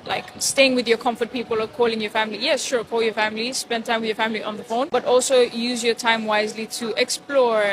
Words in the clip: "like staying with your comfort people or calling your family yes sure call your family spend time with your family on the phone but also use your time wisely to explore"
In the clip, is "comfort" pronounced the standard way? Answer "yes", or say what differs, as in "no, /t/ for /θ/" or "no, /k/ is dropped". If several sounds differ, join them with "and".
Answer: yes